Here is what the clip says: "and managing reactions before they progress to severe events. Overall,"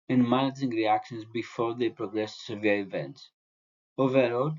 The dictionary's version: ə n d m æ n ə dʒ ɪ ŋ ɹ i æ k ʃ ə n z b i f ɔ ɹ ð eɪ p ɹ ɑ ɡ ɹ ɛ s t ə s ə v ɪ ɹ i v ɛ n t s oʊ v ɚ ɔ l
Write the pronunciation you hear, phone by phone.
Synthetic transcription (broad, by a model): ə n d m æ n ə dʒ ɪ ŋ ɹ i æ k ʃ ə n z b i f ɔ ɹ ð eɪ p ɹ ɑ ɡ ɹ ɛ s s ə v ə ʌ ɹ i v ɛ n t s oʊ v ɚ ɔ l